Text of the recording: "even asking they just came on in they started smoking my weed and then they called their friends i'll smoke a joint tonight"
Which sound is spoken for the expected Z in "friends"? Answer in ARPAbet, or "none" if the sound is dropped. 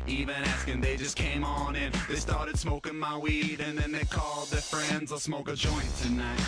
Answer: Z